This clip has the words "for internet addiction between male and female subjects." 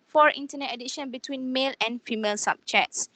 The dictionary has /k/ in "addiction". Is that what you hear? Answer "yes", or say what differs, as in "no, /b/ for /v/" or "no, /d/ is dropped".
no, /k/ is dropped